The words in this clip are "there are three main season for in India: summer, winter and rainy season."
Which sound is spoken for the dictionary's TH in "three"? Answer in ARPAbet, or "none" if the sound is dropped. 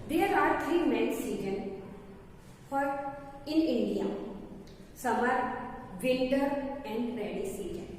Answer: T